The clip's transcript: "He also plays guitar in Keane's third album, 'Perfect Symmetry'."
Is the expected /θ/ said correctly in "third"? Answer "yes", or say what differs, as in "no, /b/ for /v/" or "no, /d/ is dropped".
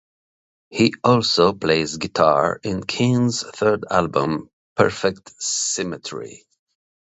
yes